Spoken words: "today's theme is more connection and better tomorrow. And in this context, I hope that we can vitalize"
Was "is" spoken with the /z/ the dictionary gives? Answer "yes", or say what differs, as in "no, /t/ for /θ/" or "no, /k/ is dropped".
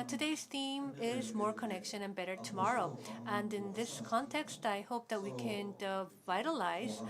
yes